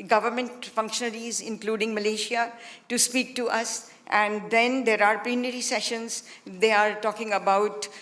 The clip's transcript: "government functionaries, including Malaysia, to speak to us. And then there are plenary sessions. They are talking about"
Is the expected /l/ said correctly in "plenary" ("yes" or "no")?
no